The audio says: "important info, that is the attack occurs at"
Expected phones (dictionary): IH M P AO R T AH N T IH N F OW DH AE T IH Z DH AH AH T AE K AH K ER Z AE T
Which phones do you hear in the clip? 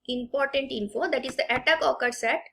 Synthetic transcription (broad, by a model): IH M P AO R T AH N T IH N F OW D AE T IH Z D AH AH T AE K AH K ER S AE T